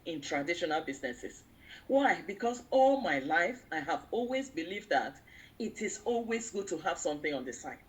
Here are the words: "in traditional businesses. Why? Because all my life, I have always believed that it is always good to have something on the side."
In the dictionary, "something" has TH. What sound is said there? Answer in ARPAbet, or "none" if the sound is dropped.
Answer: TH